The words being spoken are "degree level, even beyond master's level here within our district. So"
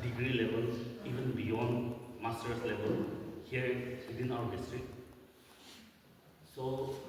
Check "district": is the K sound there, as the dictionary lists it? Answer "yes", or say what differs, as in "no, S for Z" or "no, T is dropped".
no, K is dropped